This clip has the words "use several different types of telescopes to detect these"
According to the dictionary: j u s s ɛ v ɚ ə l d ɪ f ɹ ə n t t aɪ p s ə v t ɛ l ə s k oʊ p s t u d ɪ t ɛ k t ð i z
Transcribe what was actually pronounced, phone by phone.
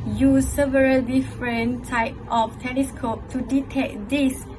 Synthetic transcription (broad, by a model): j u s s ɛ v ɚ ə l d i f ɹ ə n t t aɪ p ə f t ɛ l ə s k oʊ p t u d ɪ t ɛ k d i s